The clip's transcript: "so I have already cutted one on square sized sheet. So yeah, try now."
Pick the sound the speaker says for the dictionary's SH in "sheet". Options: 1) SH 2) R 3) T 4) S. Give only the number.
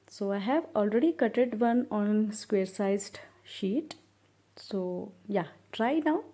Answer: 1